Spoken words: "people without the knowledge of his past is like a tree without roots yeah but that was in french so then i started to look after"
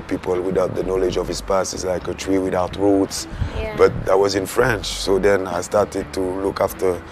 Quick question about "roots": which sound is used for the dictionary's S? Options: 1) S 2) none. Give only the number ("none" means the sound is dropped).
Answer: 1